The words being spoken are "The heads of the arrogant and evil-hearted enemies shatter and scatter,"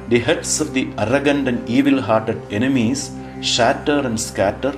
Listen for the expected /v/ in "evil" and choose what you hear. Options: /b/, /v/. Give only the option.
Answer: /v/